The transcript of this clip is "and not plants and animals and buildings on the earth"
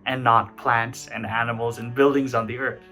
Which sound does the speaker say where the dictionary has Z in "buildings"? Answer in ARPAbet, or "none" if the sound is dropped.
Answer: Z